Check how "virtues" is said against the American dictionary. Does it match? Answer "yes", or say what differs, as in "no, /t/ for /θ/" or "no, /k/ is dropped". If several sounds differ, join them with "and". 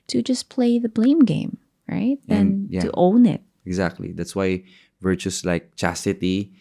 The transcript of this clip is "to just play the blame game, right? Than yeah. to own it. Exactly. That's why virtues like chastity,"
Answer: no, /s/ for /z/